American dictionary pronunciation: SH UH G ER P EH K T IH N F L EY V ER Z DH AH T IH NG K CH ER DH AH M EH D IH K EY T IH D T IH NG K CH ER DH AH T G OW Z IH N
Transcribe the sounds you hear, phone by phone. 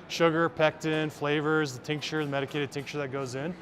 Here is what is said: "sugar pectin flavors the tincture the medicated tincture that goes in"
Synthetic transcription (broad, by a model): SH UH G ER P EH K T IH N F L EY V ER Z DH AH T IH NG K CH ER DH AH M EH D IH K EY T IH D T IH NG K CH ER DH AH T G OW Z IH N